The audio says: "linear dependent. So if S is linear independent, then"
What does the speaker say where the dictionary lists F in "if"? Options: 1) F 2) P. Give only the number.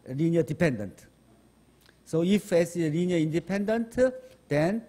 1